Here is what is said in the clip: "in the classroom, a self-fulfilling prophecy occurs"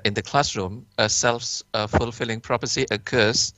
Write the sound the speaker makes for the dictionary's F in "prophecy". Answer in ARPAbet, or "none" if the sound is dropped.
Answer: P